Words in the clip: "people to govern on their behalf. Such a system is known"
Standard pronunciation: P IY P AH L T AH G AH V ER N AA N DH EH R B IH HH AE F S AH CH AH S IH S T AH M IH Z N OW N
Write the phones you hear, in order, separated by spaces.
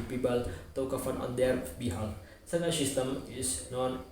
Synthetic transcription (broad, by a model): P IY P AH L T AH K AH F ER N AA N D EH R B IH HH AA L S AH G AH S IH S T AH M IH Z N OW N